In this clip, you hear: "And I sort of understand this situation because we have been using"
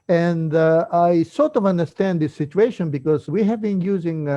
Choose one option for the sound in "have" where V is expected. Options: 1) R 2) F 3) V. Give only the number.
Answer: 3